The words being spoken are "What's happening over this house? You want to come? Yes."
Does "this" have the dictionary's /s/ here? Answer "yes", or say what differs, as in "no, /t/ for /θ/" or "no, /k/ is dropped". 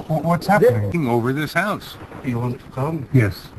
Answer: yes